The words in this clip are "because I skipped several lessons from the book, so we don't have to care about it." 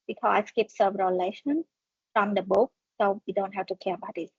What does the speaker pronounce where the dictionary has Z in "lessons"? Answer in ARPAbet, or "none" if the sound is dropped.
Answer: none